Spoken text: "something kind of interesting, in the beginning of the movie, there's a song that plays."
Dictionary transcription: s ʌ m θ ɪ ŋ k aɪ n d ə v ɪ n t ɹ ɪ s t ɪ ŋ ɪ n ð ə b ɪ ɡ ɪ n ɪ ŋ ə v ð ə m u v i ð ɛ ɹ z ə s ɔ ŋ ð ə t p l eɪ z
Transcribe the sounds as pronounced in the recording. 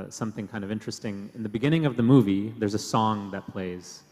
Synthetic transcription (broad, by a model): s ʌ m θ ɪ ŋ k aɪ n d ə v ɪ n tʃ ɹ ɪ s t ɪ ŋ ɪ n ð ə b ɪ ɡ ɪ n ɪ ŋ ə v ð ə m u v i ð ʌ ɹ z ə s ɔ ŋ ð ə t p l eɪ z